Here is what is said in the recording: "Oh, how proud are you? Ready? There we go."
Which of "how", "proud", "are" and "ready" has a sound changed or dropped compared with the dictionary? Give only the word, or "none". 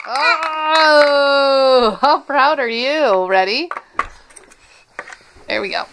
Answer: none